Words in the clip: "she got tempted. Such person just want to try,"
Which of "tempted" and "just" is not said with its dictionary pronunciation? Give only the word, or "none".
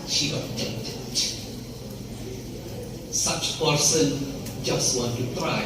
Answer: tempted